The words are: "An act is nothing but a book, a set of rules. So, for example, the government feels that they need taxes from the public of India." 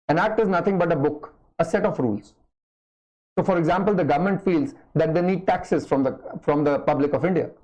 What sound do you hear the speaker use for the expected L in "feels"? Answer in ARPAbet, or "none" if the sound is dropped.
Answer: L